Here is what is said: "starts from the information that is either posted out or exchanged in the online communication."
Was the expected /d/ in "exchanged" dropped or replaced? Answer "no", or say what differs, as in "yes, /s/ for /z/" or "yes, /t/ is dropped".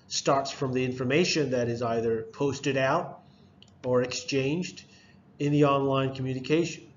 no